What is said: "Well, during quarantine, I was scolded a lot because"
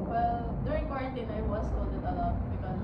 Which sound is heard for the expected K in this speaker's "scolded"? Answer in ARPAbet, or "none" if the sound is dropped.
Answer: none